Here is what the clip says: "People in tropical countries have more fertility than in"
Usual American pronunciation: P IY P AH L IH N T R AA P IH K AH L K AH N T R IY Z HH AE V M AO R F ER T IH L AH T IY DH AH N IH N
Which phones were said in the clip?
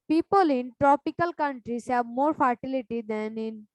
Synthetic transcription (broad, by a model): P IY P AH L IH N T R AA P IH K AH L K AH N T R IY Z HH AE B M AO R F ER T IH L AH T IY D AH N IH N